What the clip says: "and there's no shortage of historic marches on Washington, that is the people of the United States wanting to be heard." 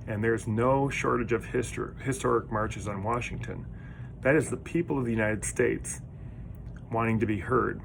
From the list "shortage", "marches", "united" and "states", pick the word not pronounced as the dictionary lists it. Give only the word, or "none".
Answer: none